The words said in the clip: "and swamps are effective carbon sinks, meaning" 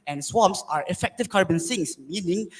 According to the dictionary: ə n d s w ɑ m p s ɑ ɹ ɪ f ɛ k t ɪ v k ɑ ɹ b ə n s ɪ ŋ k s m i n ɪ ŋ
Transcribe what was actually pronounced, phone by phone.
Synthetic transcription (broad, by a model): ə n s w ɑ m p s ɑ ɹ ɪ f ɛ k t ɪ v k ɑ ɹ b ə n s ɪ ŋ s m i n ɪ ŋ